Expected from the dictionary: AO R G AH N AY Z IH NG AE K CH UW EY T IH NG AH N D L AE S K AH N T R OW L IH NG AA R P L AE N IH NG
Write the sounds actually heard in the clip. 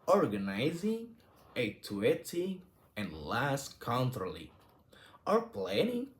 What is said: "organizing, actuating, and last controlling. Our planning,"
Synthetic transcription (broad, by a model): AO R G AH N AY Z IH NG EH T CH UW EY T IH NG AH N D L AE S K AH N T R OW L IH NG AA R P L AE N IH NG